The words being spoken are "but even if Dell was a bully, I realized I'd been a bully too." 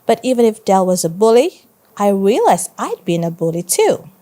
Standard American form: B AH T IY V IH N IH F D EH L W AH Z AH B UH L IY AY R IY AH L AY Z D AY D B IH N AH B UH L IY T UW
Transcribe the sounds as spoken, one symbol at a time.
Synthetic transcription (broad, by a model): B AH T IY V IH N IH F D EH L W AH Z AH B UH L IY AY R IY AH L AY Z AY D B IH N AH B UH L IY T UW